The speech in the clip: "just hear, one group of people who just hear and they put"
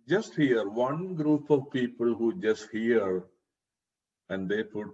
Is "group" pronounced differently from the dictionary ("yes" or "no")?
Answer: no